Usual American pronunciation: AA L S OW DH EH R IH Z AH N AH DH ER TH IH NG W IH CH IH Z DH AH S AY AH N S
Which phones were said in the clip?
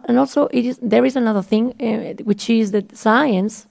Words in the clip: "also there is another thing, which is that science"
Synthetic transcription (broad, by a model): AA L S OW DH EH R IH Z AH N AH DH ER TH IH NG W IH CH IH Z DH AH S AY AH N S